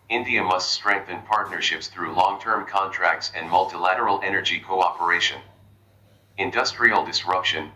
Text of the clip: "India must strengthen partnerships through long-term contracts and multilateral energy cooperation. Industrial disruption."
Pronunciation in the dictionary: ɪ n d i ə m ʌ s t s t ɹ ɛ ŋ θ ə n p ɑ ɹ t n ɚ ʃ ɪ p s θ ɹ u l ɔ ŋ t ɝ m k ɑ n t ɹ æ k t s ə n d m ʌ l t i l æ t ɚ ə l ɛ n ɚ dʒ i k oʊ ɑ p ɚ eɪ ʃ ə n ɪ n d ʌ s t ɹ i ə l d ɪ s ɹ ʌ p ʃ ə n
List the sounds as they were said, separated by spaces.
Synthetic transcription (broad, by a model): ɪ n d i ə m ʌ s t s t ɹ ɛ ŋ θ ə n p ɑ ɹ t n ɚ ʃ ɪ p s θ ɹ u l ɔ ŋ t ɝ m k ɑ n t ɹ æ k t s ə n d m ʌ l t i l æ t ɚ l ɛ n ɚ dʒ i k oʊ ɑ p ɚ eɪ ʃ ə n ɪ n d ʌ s t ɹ i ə l d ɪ s ɹ ʌ p ʃ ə n